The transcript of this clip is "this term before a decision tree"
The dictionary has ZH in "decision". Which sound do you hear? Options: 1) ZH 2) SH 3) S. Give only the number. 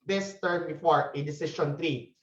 2